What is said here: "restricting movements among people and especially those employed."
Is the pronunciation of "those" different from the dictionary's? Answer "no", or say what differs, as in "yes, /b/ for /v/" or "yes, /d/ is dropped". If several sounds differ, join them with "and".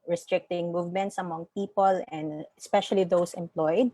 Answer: yes, /s/ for /z/